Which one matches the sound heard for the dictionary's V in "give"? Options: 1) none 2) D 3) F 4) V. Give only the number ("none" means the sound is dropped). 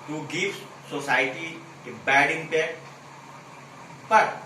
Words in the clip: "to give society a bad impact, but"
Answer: 3